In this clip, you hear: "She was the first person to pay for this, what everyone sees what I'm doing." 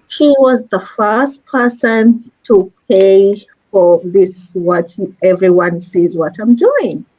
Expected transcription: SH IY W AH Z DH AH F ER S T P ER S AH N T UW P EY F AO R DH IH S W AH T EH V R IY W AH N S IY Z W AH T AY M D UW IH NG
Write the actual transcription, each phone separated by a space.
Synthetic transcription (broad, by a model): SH IY W AH Z DH AH F ER S T P ER S AH N T UW P EY F AO R DH IH S W AH T EH V R IY W AH N S IY Z W AH T AY M D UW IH NG